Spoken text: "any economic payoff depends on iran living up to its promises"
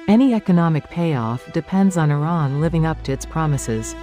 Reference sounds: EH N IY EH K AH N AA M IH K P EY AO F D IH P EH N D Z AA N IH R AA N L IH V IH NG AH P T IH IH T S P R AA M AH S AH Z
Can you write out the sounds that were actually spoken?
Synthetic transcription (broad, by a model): EH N IY EH K AH N AA M IH K P EY AO F D IH P EH N D Z N IH R AA N L IH V IH NG AH P T IH IH T S P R AA M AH S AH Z